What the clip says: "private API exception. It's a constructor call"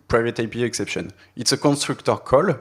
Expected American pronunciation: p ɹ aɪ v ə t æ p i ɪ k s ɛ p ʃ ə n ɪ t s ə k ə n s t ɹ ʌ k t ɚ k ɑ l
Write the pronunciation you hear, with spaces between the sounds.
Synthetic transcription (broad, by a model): p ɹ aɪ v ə t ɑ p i ɪ k s ɛ p ʃ ə n ɪ t s ə k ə n s t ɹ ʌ k t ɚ k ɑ l